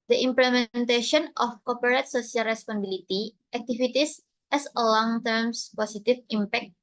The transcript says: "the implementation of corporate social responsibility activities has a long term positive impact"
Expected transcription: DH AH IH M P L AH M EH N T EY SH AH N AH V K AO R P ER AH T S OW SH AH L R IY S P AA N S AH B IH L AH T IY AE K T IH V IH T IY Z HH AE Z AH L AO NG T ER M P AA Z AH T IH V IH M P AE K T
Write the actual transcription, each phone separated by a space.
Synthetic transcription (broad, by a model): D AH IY M P L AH M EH N T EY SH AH N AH F K AO P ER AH T S OW S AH L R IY S P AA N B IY L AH T IY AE K T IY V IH T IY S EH S AH L AO NG T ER M P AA S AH T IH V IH M P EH K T